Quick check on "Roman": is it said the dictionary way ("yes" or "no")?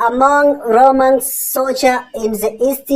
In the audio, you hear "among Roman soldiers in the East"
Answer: yes